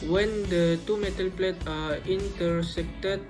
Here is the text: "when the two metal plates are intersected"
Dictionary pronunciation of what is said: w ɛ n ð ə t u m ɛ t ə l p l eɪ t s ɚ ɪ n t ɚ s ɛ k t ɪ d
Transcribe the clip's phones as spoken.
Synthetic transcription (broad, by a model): w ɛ n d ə t u m ɛ t ə l p l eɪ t ɑ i n t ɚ s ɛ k t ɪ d